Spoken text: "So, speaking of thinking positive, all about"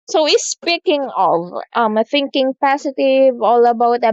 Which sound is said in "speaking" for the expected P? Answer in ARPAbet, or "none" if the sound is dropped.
P